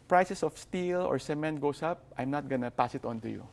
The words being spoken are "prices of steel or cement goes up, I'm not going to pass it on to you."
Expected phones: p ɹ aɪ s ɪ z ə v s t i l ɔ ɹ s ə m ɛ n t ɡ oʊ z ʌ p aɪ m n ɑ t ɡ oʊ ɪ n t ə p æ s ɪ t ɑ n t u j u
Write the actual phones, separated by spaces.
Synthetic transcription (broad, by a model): p ɹ aɪ s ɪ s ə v s t i l ɔ ɹ s ə m ɛ n t ɡ oʊ s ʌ p aɪ m n ɑ t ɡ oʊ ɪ n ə p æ s ɪ t ɑ n t u j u